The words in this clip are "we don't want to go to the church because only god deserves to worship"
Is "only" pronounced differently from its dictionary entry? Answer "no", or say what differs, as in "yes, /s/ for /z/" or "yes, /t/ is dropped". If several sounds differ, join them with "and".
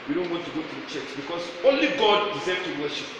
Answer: no